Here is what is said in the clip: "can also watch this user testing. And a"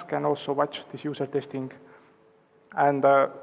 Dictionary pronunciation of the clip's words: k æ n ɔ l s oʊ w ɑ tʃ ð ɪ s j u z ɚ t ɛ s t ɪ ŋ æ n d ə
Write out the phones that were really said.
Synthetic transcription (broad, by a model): k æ n ɔ l s oʊ w ɑ tʃ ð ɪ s j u s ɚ t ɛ s t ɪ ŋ æ n d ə